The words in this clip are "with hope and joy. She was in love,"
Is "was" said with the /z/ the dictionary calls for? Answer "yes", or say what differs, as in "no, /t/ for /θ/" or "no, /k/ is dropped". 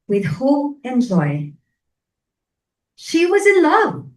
yes